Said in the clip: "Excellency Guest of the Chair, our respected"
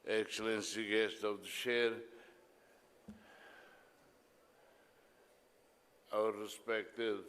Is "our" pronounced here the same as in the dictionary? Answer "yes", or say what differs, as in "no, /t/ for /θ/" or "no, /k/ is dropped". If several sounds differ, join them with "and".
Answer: no, /w/ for /ɹ/